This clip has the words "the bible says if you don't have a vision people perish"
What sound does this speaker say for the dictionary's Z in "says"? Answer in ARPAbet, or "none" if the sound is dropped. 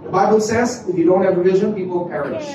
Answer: Z